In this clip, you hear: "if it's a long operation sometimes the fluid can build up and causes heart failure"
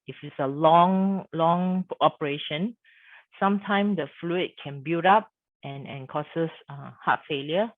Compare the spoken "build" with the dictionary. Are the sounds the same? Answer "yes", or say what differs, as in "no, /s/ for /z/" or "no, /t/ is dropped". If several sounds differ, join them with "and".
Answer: no, /l/ is dropped